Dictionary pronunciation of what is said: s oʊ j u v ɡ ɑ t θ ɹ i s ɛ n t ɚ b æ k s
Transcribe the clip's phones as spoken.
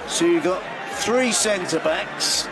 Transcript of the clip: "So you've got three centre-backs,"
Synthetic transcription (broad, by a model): s oʊ j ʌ v ɡ ɑ t θ ɹ i s ɛ n t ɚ b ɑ k s